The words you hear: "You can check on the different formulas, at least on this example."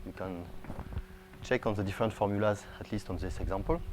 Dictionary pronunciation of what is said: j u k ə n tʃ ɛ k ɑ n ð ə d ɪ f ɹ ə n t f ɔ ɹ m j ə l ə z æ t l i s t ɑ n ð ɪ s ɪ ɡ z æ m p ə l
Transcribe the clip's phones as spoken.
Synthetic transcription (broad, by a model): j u k ə n tʃ ɛ k ɑ n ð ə d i f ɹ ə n t f ɔ ɹ m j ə l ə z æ t l i s t ɑ n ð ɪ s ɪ ɡ z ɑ m p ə l